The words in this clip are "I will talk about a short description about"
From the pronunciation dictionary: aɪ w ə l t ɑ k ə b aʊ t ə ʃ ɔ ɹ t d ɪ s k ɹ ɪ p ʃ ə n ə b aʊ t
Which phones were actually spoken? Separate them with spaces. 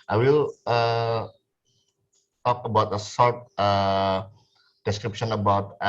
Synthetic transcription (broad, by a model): aɪ w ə l t ɑ k ə b aʊ t ə s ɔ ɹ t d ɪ s k ɹ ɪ p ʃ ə n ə b aʊ t